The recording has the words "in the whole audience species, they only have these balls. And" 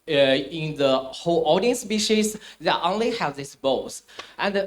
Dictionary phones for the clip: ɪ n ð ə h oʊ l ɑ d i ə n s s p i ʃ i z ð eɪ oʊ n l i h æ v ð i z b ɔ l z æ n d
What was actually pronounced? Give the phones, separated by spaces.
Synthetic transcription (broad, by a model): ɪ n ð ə h oʊ l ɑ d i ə n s s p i ʃ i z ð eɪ oʊ n l i h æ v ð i s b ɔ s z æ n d